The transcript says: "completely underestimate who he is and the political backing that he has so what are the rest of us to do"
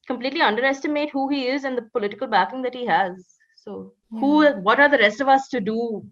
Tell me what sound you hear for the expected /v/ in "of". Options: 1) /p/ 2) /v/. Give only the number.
2